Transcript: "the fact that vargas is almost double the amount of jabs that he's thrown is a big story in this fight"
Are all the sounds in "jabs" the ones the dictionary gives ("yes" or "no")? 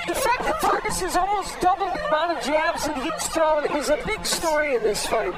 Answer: yes